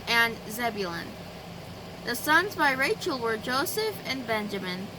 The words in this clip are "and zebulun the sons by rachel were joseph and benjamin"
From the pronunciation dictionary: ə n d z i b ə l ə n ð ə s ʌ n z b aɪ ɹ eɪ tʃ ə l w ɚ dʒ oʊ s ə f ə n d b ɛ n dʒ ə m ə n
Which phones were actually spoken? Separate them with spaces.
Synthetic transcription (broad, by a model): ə n z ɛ b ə l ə n ð ə s ʌ n z b aɪ ɹ eɪ tʃ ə l w ɚ dʒ oʊ s ə f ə n b ɛ n dʒ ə m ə n